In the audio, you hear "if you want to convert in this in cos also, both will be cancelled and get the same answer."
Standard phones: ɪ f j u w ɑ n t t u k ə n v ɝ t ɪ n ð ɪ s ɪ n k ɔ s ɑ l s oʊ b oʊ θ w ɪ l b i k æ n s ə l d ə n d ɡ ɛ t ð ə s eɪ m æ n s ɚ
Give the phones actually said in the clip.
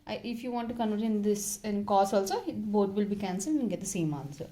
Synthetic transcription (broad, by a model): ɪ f j u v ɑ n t t u k ə n v ɝ t ɪ n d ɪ s ɪ n k ɔ s ɑ l s oʊ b oʊ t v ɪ l b i k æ n s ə l ə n ɡ ɛ t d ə s eɪ m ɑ n s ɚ